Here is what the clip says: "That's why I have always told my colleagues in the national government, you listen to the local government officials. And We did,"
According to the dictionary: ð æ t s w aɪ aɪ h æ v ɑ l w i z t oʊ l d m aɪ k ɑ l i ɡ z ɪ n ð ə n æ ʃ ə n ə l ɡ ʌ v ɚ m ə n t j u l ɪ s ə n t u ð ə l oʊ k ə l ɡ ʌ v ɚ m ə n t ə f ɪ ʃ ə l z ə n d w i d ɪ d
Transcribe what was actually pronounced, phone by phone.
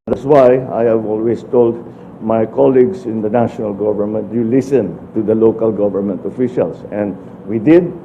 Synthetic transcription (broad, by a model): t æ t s w aɪ aɪ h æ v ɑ l w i s t oʊ l d m aɪ k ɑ l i ɡ s ɪ n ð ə n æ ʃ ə n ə l ɡ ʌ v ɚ m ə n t j u l ɪ s ə n t u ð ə l oʊ k ə l ɡ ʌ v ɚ m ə n t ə f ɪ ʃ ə l s ə n d w i d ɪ d